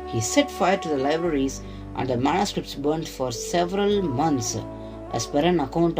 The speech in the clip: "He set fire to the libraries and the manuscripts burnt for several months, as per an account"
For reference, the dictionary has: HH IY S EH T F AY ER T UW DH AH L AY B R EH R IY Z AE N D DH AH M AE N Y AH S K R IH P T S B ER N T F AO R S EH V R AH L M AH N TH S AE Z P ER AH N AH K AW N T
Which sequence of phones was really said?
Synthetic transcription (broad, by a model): HH IY S EH T F AY ER T UW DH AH L AY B R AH R IY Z AE N D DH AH M AE N Y AH S K R IH P T S B ER N T F AO R S EH V R AH L M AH N T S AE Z P ER AH N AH K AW N T